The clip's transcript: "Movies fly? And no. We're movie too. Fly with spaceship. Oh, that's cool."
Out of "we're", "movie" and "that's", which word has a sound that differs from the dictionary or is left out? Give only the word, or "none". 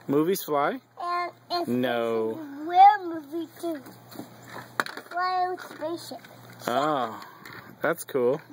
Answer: we're